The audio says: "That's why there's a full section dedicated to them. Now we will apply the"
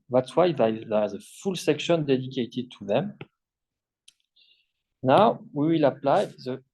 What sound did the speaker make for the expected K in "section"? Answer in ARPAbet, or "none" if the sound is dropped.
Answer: K